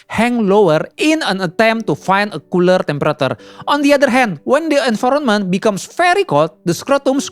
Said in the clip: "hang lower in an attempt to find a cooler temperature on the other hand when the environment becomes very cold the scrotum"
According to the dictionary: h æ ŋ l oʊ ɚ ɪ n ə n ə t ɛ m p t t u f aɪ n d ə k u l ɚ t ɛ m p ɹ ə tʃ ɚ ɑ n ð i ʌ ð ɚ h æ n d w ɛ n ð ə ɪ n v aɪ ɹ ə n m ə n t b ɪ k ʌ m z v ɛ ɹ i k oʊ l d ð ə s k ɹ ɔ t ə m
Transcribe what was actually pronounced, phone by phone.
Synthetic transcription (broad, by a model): h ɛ ŋ l oʊ ɚ ɪ n ə n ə t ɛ m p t t u f aɪ n d ə k u l ɚ t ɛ m p ɹ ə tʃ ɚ ɑ n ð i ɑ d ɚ h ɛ n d w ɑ n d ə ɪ n f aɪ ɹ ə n m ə n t b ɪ k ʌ m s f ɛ ɹ i k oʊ l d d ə s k ɹ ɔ t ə m